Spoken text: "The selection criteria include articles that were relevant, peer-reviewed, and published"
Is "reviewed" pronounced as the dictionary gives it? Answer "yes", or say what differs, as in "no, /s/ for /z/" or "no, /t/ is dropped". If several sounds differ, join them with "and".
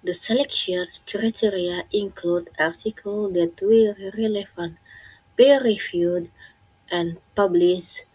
no, /f/ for /v/